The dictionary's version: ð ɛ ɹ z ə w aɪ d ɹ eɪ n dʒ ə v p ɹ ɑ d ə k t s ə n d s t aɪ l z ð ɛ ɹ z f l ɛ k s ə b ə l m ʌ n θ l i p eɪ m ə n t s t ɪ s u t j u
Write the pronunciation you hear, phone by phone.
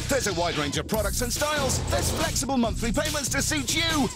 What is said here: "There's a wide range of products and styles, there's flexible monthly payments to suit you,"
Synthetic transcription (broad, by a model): ð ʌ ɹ z ə w aɪ d ɹ eɪ n dʒ ə v p ɹ ɑ d ə k t s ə n s t aɪ l z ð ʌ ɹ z f l ɛ k s ə b ə l m ʌ n θ l i p eɪ m ə n t s t ɪ s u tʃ j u